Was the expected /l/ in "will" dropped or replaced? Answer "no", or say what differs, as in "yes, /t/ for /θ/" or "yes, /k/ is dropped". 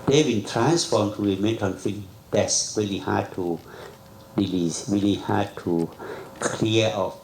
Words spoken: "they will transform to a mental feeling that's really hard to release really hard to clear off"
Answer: yes, /n/ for /l/